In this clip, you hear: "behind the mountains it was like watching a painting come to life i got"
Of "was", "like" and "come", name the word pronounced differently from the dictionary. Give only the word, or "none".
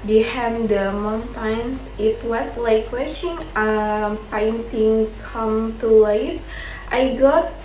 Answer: was